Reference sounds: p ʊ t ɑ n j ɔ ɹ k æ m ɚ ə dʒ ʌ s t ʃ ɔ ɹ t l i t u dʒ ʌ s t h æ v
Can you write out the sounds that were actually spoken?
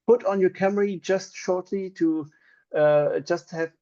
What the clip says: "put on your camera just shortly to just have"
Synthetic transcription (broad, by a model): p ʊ t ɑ n j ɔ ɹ k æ m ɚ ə dʒ ʌ s t ʃ ɔ ɹ t l i t u dʒ ʌ s t h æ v